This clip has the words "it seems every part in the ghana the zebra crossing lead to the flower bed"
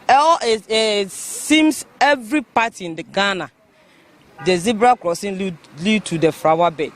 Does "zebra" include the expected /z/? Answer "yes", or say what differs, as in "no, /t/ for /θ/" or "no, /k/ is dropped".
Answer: yes